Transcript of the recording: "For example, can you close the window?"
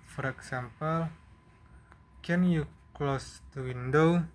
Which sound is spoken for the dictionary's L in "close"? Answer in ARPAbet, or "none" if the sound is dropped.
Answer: L